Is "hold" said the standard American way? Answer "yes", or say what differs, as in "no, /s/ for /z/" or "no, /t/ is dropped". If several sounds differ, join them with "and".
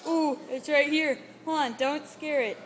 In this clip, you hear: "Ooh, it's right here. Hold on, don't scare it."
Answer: no, /d/ is dropped